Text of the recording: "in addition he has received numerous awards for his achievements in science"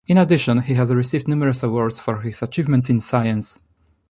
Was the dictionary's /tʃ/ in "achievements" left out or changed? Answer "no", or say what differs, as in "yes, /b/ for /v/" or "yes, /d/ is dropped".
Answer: no